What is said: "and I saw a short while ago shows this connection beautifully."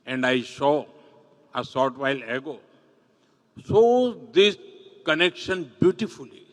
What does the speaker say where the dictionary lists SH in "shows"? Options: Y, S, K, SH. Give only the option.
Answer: S